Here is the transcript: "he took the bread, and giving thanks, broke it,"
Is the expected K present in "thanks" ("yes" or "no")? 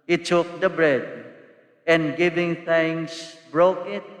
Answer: no